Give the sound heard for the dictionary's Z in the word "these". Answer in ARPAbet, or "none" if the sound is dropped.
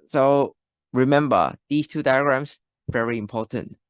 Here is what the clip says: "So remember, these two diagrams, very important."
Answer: S